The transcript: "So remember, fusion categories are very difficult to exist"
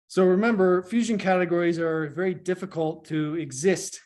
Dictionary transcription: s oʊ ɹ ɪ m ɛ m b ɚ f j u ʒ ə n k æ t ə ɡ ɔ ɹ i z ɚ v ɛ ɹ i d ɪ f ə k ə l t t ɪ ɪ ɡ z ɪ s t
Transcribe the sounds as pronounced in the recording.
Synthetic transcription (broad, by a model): s oʊ ɹ ɪ m ɛ m b ɚ f j u ʒ ə n k æ t ə ɡ ɔ ɹ i z ɚ v ɛ ɹ i d ɪ f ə k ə l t t ɪ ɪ ɡ z ɪ s t